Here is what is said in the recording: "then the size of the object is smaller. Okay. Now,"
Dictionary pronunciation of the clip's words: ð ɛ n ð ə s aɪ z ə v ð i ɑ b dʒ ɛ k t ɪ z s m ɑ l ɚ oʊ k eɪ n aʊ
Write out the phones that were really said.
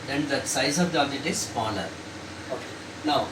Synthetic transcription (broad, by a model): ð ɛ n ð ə s aɪ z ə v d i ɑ dʒ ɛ t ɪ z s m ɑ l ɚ oʊ k eɪ n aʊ